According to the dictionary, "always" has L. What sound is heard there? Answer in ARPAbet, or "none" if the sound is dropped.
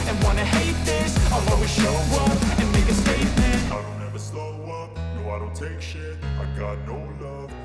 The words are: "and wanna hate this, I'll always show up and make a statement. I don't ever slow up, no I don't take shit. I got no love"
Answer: none